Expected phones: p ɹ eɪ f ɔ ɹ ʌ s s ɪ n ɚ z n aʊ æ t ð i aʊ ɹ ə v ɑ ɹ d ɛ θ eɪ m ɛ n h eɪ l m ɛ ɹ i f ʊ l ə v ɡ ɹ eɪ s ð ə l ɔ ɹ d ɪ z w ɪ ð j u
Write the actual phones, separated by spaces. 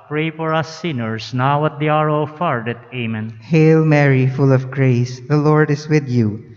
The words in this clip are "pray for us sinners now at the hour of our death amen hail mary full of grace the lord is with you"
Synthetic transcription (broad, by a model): p ɹ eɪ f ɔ ɹ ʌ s s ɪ n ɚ s n aʊ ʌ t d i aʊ ɹ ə f ɑ ɹ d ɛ t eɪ m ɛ n h eɪ l m ɛ ɹ i f ʊ l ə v ɡ ɹ eɪ s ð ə l ɔ ɹ d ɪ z w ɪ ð j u